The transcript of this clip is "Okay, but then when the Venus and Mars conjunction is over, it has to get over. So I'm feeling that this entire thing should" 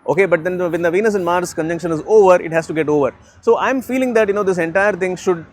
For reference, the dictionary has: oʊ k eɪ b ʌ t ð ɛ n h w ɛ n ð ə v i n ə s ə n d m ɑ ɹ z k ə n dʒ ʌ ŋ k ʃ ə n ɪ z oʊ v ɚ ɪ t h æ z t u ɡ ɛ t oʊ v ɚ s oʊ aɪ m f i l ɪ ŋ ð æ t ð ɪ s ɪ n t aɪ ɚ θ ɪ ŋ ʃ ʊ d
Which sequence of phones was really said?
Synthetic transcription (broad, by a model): oʊ k eɪ b ʌ t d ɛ n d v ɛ n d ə v i n ə s ə n d m ɑ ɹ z k ə n dʒ ʌ ŋ k ʃ ə n ɪ z oʊ v ɚ ɪ t h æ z t u ɡ ɛ t oʊ v ɚ s oʊ aɪ m f i l ɪ ŋ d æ t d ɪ s ɪ n t aɪ ɚ t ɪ ŋ ʃ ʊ d